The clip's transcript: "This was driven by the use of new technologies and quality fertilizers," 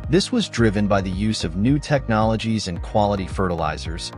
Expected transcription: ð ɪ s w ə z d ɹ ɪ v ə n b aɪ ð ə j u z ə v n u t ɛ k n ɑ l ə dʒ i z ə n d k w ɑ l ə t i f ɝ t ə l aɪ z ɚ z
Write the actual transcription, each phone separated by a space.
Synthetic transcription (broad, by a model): ð ɪ s w ə z d ɹ ɪ v ə n b aɪ ð ə j u z ə v n u t ɛ k n ɑ l ə dʒ i z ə n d k w ɑ l ə t i f ɝ t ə l aɪ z ɚ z